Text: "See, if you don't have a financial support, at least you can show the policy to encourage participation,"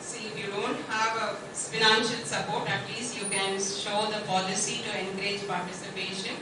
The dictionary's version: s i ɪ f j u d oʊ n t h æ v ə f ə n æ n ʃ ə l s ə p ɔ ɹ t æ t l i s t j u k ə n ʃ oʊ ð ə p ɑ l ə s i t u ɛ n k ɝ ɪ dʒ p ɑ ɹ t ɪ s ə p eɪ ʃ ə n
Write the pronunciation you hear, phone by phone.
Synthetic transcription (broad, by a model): s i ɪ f j u d oʊ n t h æ v ə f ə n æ n ʃ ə l s ə p ɔ ɹ t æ t l i s t j u k ə n ʃ oʊ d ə p ɑ l ə s i t u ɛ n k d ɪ dʒ p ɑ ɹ t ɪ s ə p eɪ ʃ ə n